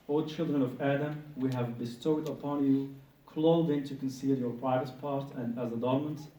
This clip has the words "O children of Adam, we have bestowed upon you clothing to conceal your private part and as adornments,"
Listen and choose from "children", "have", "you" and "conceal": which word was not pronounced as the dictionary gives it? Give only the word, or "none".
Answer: none